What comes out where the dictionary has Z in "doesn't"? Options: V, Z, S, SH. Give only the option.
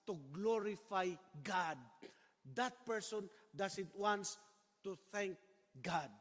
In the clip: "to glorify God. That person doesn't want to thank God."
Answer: S